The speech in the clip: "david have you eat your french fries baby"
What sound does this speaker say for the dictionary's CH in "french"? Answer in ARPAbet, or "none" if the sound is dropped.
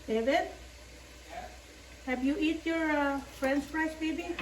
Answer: S